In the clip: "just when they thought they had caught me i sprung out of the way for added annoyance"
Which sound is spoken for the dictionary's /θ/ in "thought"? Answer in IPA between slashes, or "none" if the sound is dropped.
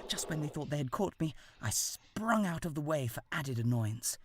/θ/